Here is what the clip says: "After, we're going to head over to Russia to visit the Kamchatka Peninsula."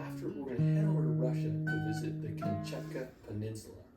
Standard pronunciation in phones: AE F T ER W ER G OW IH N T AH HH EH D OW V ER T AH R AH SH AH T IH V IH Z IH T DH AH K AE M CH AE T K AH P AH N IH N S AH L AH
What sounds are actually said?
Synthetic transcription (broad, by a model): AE F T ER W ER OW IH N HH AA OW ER R AH SH AH T IH V IH Z IH T DH AH K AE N CH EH K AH P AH N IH N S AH L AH